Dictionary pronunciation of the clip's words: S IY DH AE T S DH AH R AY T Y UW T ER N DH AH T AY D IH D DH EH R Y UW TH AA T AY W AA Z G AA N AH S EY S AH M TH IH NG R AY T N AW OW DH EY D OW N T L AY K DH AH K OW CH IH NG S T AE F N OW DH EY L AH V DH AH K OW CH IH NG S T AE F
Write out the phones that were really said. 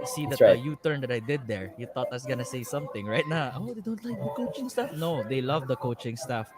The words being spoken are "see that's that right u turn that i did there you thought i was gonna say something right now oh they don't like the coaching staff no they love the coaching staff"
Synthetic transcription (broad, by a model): S IY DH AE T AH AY Y UW T ER N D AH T AY D IH D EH R Y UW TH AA T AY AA S G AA N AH S EY S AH M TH IH NG R AY T N AW OW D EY D OW N T L AY K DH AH K OW CH IH NG S T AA F N OW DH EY L AH V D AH K OW CH IH NG S T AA F